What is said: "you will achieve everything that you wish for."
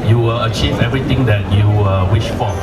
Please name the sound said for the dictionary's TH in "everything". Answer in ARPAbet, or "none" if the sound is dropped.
T